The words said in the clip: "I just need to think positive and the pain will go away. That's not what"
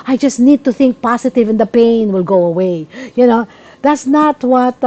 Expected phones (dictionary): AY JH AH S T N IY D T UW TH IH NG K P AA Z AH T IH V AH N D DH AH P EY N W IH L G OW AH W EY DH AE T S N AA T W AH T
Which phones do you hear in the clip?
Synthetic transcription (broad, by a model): AY JH AH S T N IY D T UW TH IH NG K P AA S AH T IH V AH N D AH P EY N W IH L G OW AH W EY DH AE T S N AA T W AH T